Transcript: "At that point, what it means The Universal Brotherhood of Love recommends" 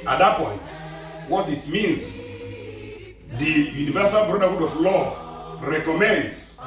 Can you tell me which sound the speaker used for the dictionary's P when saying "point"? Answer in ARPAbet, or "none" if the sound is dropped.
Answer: P